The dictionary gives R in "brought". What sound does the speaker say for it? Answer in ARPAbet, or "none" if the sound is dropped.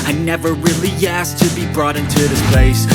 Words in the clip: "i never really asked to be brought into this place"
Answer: R